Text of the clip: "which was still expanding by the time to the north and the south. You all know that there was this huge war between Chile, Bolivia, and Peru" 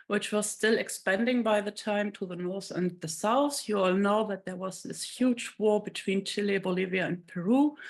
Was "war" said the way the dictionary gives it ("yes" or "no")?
yes